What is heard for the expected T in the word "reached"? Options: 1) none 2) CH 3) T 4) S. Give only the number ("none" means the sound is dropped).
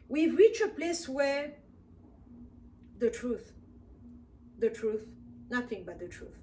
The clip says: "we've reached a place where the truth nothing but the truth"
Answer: 1